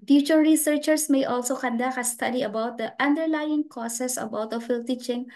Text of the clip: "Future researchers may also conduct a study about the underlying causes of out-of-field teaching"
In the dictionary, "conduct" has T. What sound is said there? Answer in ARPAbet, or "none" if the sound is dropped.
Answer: none